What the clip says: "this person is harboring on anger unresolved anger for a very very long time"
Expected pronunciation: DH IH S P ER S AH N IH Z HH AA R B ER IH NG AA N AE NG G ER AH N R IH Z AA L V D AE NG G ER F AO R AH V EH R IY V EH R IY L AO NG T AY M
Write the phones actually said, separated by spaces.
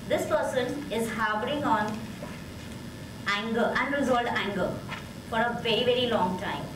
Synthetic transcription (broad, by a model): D IH S P ER S AH N IH Z HH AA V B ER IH NG AA N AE NG G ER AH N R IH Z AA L D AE NG G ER F AO R AH V EH R IY V EH R IY L AO NG T AY M